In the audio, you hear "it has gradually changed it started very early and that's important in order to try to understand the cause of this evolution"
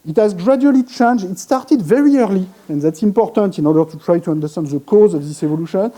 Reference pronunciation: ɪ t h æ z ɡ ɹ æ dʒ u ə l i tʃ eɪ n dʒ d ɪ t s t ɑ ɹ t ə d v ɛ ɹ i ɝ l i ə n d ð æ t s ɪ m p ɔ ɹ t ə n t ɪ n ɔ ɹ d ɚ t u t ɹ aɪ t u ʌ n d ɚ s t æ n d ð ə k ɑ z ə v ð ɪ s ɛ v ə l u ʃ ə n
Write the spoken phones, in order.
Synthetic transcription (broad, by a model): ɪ t h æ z ɡ ɹ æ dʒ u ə l i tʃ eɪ n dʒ ɪ t s t ɑ ɹ t ə d v ɛ ɹ i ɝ l i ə n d ð æ t s ɪ m p ɔ ɹ t ə n t ɪ n ɔ ɹ d ɚ t u t ɹ aɪ t u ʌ n d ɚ s t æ n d ð ə k ɑ z ə v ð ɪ s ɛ v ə l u ʃ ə n